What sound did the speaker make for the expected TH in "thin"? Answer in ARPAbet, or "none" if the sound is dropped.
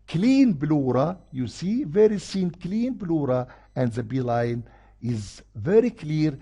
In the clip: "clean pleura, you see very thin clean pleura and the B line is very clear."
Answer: S